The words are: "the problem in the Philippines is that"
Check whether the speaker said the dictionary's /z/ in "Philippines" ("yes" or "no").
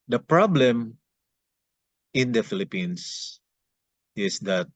no